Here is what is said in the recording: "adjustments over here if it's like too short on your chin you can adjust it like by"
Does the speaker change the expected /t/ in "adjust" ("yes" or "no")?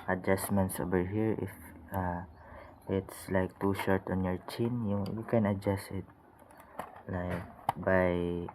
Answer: yes